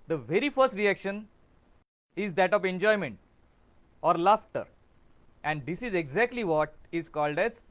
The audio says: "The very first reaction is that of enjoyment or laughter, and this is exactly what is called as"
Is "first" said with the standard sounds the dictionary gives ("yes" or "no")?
yes